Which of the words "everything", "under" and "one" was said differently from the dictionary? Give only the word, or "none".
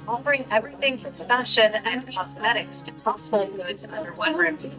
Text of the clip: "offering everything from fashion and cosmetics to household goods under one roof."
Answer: none